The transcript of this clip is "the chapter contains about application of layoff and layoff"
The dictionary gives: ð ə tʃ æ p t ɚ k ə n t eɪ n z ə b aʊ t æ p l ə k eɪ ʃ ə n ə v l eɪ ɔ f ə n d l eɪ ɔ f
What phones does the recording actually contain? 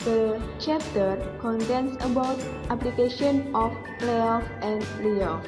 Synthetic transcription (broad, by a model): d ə tʃ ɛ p t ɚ k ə n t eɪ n s ə b aʊ t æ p l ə k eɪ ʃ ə n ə p l eɪ ɔ f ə n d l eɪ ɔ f